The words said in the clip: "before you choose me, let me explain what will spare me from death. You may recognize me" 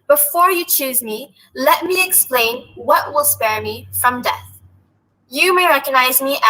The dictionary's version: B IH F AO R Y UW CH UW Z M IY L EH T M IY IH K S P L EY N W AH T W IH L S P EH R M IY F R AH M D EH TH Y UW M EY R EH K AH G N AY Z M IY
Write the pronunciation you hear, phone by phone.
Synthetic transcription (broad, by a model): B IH F AO R Y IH CH UW Z M IY L EH T M IY IH K S P L EY N W AH T W IH L S P EH R M IY F R AH M D EH TH Y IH M EY R EH K AH G N AY Z M IY